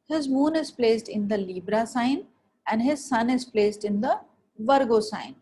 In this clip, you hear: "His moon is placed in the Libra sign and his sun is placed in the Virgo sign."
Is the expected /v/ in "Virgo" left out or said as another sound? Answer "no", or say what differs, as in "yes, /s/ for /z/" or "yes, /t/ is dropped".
no